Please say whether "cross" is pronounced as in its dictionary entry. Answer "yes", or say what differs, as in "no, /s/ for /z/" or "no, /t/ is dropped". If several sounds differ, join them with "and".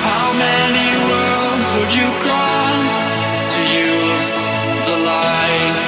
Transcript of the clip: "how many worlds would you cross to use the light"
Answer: no, /l/ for /ɹ/